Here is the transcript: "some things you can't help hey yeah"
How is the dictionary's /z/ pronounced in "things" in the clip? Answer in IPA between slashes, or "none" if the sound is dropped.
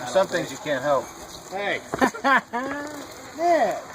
/z/